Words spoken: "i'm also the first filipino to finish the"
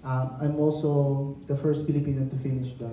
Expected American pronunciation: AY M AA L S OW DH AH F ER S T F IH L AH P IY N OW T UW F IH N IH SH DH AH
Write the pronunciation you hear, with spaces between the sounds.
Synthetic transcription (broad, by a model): AY M AA L S OW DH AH F ER S T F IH L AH P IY N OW T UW F IH N IH SH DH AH